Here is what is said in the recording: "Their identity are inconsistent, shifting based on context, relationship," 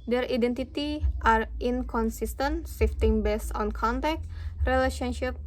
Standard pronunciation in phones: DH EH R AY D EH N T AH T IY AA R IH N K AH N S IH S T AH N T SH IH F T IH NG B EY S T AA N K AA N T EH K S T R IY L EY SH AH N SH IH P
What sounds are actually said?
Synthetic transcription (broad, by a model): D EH R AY D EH N T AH T IY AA R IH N K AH N S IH S T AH N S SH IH F T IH NG B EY S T AA N K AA N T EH K T R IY L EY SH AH N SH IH P